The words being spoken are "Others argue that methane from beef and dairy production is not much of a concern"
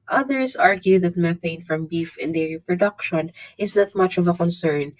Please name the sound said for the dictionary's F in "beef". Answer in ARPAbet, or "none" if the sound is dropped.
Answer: F